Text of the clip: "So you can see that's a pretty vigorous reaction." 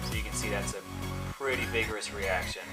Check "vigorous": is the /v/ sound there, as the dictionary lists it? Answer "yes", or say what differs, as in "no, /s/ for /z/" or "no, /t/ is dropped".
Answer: yes